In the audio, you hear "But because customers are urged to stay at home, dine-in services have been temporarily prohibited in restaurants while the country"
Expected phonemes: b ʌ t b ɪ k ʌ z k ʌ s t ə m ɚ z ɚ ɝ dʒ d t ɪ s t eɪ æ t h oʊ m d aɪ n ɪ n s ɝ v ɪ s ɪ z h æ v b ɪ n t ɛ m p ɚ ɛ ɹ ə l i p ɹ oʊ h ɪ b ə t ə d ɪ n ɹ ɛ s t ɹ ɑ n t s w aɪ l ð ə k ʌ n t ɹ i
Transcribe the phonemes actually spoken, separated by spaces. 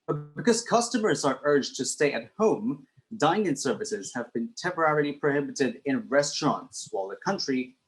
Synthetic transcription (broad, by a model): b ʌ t b ɪ k ʌ z k ʌ s t ə m ɚ z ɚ ɝ dʒ t ɪ s t eɪ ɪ t h oʊ m d aɪ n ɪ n s ɝ v ɪ s ɪ z h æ v b ɪ n t ɛ m p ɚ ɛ ɹ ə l i p ɹ oʊ h ɪ b ə t ə d ɪ n ɹ ɛ s t ɹ ɑ n t s w aɪ l ð ə k ʌ n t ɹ i